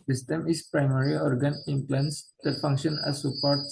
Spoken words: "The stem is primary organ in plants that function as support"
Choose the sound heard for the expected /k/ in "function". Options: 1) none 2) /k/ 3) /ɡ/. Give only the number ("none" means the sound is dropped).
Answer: 2